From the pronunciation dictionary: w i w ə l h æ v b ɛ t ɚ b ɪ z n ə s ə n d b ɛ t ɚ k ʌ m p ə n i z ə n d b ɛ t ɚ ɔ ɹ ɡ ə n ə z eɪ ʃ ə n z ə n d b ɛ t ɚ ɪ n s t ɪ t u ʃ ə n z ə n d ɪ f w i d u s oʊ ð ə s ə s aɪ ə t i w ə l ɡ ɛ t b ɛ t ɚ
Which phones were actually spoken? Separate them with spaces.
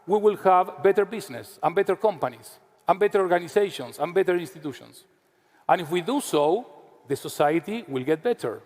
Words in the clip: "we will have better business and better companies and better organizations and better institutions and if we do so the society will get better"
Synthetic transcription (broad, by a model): w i w ə l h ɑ v b ɛ t ɚ b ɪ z n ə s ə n b ɛ t ɚ k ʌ m p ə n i s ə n b ɛ t ɚ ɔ ɹ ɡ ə n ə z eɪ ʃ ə n s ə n b ɛ t ɚ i n s t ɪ t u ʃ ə n s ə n ɪ f w i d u s oʊ ð ə s ə s aɪ ə t i w ə l ɡ ɛ t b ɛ t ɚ